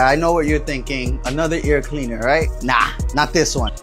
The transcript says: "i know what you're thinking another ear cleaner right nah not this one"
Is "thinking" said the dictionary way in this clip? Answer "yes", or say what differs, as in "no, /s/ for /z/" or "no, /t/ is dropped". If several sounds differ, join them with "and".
yes